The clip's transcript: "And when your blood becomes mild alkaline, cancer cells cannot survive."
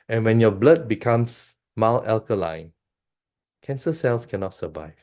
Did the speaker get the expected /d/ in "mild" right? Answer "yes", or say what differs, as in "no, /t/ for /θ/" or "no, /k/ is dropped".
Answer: no, /d/ is dropped